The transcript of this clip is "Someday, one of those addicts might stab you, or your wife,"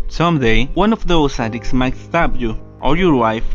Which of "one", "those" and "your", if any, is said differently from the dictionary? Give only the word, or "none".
those